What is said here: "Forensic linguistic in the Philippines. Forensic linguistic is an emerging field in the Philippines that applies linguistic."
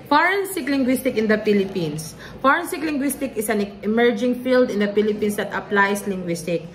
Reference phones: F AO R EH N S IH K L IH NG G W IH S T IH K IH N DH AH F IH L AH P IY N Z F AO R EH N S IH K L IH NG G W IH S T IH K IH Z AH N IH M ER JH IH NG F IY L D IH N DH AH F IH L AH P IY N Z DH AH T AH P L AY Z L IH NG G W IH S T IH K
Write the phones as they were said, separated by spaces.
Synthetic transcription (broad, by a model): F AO R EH N S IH K L IH NG G W IH S T IH K IH N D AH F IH L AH P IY N S F AO R EH N S IH K L IH NG G W IH S T IH K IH S AH N IH M ER JH IH NG F IY L D IH N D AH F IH L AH P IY N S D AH T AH P L AY S L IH NG G W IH S T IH K